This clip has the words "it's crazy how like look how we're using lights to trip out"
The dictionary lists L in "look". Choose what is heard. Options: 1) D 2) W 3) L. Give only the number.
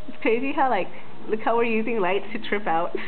3